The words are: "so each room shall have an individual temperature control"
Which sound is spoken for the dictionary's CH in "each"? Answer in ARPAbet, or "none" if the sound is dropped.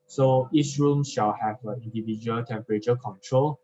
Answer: S